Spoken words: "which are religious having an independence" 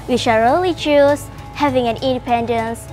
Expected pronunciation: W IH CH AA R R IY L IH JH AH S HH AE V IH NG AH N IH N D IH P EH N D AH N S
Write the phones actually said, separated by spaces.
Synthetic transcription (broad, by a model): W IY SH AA L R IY L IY CH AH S HH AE V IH NG AH N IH N D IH P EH N D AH N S